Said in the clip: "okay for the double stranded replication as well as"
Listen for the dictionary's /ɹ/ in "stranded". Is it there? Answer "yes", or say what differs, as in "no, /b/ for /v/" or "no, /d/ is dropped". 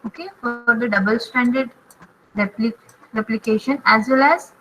no, /ɹ/ is dropped